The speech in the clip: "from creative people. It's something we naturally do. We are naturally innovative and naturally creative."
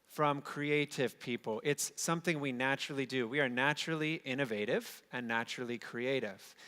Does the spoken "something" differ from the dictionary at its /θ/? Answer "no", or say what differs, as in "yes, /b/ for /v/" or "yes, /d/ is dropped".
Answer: no